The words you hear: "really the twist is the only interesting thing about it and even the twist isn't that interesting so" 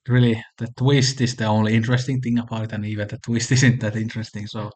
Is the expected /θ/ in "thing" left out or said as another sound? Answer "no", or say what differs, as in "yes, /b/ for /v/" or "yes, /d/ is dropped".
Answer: no